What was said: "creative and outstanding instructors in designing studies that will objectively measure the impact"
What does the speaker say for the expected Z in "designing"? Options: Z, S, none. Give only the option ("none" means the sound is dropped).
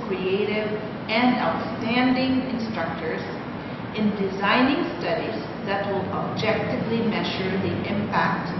Z